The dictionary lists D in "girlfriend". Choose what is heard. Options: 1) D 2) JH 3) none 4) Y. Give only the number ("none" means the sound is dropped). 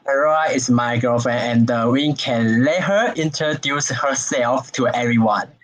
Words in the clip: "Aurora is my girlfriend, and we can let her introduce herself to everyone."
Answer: 3